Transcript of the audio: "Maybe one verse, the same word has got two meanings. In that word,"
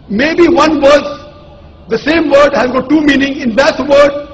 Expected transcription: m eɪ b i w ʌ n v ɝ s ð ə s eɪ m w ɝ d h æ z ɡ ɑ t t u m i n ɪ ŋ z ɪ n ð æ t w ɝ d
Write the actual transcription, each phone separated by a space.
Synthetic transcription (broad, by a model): m eɪ b i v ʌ n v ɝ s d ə s eɪ m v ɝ d h æ z ɡ ɑ t t u m i n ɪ ŋ ɪ n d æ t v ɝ d